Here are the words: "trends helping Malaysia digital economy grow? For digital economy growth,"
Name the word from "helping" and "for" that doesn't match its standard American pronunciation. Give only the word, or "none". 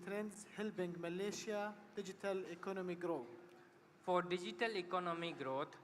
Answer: helping